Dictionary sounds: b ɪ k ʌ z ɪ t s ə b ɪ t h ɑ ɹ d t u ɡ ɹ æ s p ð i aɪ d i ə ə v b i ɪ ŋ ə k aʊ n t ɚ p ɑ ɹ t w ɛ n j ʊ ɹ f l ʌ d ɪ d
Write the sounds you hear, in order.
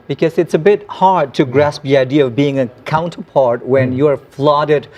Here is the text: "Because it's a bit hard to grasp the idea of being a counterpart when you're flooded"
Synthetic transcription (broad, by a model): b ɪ k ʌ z ɪ t s ə b ɪ t h ɑ ɹ d t u ɡ ɹ æ s p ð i aɪ d i ə ə v b i ɪ ŋ ə k aʊ n t ɚ p ɑ ɹ t w ɛ n j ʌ ɹ f l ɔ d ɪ d